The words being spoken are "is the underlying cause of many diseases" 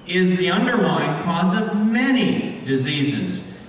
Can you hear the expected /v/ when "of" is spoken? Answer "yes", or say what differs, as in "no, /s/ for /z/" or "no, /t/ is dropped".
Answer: yes